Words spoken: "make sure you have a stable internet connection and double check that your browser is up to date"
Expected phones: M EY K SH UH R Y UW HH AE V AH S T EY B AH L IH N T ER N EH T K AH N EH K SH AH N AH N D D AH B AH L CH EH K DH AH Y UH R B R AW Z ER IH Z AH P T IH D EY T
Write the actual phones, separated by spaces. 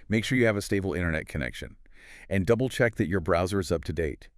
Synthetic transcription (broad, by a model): M EY K SH UH R Y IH V AH S T EY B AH L IH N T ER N EH T K AH N EH K SH AH N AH N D D AH B L CH EH K DH AH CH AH R B R AW Z ER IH Z AH P T IH D EY T